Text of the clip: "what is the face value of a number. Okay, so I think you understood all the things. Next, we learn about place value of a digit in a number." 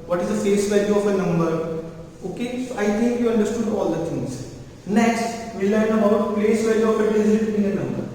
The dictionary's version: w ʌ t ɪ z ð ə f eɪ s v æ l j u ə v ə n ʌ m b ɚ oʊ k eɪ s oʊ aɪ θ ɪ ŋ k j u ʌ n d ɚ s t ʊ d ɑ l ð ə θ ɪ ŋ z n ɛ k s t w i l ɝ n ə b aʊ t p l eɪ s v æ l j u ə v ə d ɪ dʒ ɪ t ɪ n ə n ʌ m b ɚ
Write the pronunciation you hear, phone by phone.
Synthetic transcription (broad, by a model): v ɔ t ɪ z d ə f eɪ s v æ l j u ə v ə n ʌ m b ɚ oʊ k eɪ s oʊ aɪ t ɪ ŋ k j u ʌ n d ɚ s t ʊ d ɑ l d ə t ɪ ŋ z n ɛ k s t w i l ɝ n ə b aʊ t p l eɪ s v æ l j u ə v ə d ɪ ɪ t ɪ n ə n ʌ m b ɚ